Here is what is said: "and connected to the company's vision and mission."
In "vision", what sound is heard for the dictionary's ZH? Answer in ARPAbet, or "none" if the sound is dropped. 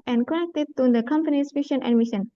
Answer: SH